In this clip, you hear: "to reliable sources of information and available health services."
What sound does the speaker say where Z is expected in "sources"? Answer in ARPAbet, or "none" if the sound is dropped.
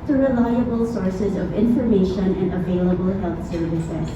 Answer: Z